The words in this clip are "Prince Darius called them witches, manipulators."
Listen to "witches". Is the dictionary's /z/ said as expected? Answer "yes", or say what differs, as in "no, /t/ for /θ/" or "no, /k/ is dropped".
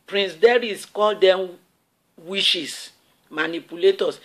no, /s/ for /z/